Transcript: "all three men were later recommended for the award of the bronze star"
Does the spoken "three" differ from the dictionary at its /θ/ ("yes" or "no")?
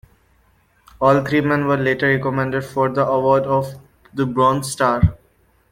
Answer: yes